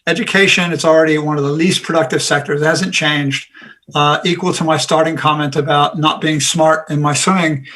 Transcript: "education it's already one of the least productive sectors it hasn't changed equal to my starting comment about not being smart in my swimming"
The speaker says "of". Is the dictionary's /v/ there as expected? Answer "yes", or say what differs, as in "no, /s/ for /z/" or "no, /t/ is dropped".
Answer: yes